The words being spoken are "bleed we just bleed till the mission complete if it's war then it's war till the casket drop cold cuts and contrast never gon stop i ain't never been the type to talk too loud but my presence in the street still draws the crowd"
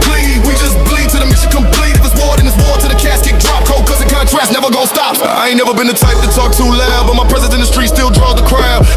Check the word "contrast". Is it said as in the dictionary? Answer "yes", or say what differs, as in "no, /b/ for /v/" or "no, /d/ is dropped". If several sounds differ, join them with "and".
no, /n/ is dropped